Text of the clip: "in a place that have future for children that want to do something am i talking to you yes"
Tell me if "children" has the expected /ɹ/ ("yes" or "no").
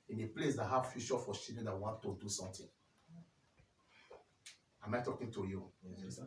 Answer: no